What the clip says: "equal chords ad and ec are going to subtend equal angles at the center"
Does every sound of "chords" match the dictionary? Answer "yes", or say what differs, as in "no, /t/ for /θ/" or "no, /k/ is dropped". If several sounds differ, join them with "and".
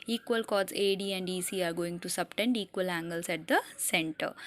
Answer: no, /z/ is dropped